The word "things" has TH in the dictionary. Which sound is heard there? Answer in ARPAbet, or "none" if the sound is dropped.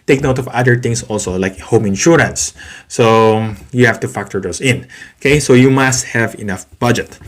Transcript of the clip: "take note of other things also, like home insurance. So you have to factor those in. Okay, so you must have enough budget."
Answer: T